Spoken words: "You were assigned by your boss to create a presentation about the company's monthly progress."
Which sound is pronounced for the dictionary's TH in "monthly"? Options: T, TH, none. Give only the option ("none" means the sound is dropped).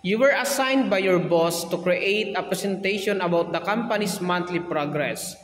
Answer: T